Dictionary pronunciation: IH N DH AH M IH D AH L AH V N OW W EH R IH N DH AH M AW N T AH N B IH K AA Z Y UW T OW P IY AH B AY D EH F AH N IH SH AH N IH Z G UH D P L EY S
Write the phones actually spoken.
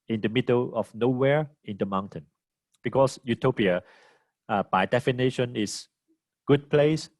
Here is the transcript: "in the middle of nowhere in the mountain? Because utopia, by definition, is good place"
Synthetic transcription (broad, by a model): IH N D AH M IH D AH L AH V N OW W EH R IH N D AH M AW N T AH N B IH K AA S Y UW T OW P IY AH B AY D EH F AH N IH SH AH N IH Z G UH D P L EY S